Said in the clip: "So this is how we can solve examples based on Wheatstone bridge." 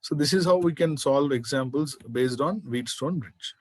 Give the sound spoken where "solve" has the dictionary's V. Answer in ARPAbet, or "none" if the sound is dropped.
V